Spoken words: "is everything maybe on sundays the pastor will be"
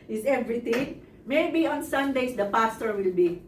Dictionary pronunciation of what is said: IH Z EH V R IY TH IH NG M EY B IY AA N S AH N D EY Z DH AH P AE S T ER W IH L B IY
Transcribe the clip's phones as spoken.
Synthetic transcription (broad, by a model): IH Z EH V R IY T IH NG M EY B IY AA N S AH N D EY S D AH P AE S T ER W IH L B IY